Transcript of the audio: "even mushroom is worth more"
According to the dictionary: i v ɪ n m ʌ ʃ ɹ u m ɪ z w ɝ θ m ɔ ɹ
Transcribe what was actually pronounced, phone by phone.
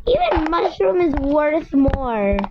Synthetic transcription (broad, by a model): i v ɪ n m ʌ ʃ ɹ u m ɪ z w ɝ θ m ɔ ɹ